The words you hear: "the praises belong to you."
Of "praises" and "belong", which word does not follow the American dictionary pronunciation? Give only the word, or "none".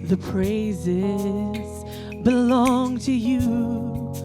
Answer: none